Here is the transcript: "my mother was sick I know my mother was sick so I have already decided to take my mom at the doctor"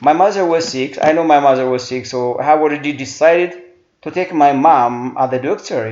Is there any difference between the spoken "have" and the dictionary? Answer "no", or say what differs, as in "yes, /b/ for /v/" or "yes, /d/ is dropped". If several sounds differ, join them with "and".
yes, /w/ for /v/